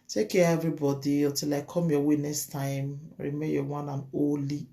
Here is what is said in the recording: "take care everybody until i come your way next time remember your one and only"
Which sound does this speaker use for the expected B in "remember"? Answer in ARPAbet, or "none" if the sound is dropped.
none